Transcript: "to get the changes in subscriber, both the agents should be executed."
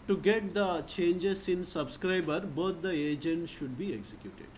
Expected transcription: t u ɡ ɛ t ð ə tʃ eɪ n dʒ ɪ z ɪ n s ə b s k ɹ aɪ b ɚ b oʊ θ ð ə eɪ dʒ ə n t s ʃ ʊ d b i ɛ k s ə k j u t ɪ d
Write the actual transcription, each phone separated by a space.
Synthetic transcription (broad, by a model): t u ɡ ɛ t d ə tʃ eɪ n dʒ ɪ s ɪ n s ə b s k ɹ aɪ b ɚ b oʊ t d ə eɪ dʒ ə n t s ʃ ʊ d b i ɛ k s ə k j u t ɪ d